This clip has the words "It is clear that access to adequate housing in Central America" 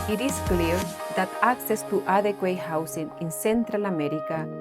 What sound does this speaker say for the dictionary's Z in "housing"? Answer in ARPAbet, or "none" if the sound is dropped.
S